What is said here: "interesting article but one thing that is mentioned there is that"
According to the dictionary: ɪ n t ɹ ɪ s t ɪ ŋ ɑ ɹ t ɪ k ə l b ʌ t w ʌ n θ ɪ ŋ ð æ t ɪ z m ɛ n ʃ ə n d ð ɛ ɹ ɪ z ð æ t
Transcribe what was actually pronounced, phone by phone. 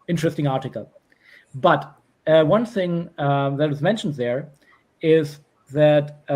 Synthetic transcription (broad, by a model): ɪ n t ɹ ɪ s t ɪ ŋ ɑ ɹ t ɪ k ə l b ʌ t w ʌ n θ ɪ ŋ ð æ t ɪ z m ɛ n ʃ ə n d ð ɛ ɹ ɪ z ð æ t